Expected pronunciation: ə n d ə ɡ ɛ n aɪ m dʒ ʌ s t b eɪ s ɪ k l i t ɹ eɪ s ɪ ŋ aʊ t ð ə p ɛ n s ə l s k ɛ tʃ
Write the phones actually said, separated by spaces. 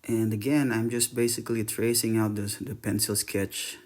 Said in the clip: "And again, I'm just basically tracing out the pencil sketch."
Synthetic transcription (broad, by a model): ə n d ə ɡ ɛ n aɪ m dʒ ʌ s t b eɪ s ɪ k l i t ɹ eɪ s ɪ ŋ aʊ t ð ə p ɛ n s ə l s k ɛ tʃ